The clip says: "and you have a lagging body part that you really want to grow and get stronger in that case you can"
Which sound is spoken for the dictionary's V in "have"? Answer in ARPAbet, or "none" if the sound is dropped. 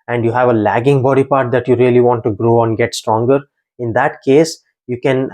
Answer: V